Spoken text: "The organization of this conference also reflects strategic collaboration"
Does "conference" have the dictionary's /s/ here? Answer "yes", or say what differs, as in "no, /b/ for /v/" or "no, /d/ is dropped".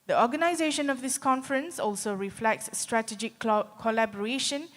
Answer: yes